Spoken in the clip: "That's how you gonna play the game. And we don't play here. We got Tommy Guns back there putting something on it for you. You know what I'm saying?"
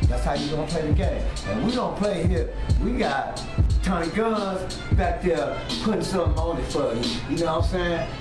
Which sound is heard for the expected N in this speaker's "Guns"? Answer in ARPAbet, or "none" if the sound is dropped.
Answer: none